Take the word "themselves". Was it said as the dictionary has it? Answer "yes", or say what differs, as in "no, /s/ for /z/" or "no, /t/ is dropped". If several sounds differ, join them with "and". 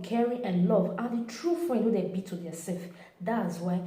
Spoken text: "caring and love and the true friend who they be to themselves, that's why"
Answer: no, /m/ is dropped